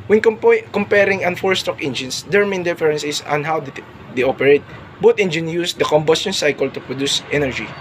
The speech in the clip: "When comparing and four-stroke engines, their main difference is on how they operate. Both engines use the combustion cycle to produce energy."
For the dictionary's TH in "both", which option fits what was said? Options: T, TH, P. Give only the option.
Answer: T